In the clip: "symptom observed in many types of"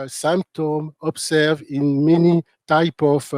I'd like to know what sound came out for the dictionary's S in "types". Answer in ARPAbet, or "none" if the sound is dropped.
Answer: none